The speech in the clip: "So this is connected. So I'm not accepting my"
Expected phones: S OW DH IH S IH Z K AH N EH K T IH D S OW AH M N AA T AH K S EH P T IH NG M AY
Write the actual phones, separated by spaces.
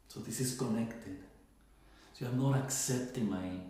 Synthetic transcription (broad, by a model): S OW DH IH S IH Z K AH N EH K T IH D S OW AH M N AA T AH K S EH P T IH NG M AY